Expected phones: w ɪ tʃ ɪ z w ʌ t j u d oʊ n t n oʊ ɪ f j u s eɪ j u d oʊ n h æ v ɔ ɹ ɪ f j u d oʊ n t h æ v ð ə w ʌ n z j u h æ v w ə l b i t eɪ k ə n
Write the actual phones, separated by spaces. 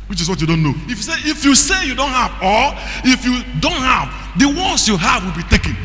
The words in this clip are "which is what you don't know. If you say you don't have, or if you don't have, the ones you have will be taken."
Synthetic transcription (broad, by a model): w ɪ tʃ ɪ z w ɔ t j u d oʊ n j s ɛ ɪ f j u s eɪ j u d oʊ n h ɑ v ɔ l ɪ f j u d oʊ n t h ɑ v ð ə w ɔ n s j u h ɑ v w ə l b i t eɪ k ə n